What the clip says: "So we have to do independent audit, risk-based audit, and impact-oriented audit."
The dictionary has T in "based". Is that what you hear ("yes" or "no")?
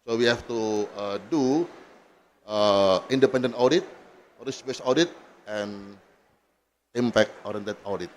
no